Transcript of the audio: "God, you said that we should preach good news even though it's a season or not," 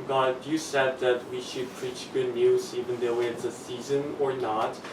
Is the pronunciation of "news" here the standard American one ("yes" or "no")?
yes